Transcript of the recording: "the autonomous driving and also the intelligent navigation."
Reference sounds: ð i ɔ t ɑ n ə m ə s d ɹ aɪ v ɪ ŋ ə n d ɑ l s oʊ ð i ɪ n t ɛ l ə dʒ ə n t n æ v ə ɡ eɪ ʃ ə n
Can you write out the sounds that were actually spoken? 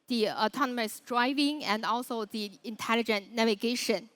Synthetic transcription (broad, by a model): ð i ɔ t ɑ n ə m ə s d ɹ aɪ v ɪ ŋ ə n d ɑ l s oʊ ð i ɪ n t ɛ l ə dʒ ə n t n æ v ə ɡ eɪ ʃ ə n